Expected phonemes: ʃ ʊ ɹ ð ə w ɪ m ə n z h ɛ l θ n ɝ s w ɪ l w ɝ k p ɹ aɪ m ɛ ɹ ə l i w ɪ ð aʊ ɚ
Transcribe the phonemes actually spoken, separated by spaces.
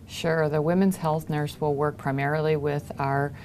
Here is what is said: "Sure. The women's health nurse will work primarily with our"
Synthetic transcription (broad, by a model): ʃ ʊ ɹ ð ə w ɪ m ə n z h ɛ l θ n ɝ s w ɪ l w ɝ k p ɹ aɪ m ɛ ɹ l i w ɪ ð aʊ ɚ